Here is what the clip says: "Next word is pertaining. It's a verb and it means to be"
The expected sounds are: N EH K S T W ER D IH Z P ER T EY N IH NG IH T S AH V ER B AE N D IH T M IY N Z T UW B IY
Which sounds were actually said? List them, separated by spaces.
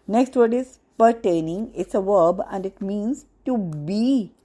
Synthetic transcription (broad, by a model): N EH K S T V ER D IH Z P ER T EY N IH NG IH T S AH V ER B AE N D IH T M IY N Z T UW B IY